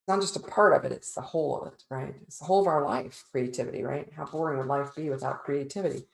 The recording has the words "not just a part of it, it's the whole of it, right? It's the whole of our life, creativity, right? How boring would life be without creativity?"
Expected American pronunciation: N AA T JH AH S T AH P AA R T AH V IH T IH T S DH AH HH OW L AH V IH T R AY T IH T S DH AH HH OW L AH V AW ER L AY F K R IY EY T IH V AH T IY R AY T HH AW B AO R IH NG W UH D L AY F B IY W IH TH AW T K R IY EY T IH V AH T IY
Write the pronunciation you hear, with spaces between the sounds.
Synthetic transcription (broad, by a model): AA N JH AH S T AH P AA R T AH V IH T IH T S DH AH HH OW L AH V IH T R AY T IH T S DH AH HH OW L AH V AW ER L AY F K R IY EY T IH V AH T IY R AY T HH AW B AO R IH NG W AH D L AY F B IY W IH TH AW T K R IY EY T IH V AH T IY